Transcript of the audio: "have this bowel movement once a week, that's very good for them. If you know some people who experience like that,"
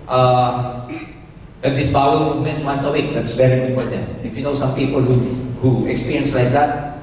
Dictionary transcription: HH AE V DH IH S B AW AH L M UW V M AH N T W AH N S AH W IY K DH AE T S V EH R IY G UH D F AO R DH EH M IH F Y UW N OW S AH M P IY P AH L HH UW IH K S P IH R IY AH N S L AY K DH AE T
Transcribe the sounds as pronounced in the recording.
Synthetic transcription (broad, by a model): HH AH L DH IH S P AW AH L M UW V M AH N T W AH N S AH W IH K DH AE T S B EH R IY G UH F AO R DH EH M IH F Y UW N OW S AH M P IY P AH L HH UW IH K S P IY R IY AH N S L AY K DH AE T